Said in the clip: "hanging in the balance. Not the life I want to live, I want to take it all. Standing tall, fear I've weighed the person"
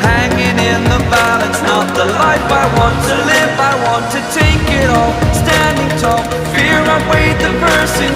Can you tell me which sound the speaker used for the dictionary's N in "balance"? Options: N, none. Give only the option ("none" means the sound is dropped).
none